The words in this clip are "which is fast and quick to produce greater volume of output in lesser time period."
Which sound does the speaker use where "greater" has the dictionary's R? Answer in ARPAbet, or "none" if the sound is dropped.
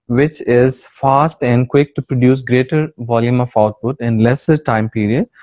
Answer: R